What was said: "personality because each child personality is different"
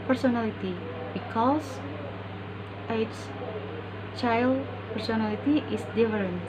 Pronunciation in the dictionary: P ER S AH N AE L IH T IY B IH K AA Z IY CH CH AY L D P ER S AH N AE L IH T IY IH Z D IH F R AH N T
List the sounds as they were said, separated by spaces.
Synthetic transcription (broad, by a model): P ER S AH N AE L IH T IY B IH K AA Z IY S CH AY L D P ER S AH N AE L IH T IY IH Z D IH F R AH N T